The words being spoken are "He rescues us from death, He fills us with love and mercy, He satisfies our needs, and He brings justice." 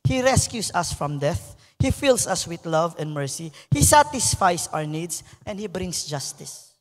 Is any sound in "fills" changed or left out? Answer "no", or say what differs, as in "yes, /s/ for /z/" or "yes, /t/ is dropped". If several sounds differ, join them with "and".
yes, /s/ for /z/